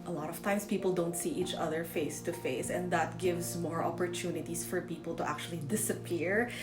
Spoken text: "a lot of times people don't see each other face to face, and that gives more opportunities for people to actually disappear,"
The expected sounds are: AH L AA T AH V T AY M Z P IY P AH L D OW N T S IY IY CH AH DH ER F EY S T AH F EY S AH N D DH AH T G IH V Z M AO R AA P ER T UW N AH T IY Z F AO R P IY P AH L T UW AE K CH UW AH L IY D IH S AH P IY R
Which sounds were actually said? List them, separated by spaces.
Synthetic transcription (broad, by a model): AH L AA T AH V T AY M S P IY P AH L D OW N T S IY IY CH AH DH ER F EY S T AH F EY S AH N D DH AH T G IH V S M AO R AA P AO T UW N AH T IY S F AO R P IY P AH L T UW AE K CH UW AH L IY D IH S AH P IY R